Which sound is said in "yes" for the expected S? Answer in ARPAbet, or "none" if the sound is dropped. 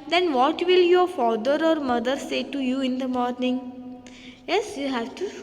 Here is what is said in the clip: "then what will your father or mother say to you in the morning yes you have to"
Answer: S